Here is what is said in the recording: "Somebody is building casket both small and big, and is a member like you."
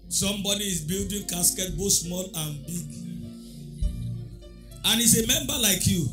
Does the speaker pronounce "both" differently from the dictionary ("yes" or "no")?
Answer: yes